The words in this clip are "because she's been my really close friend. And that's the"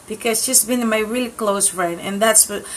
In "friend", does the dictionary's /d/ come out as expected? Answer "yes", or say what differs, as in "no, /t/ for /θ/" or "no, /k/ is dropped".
no, /d/ is dropped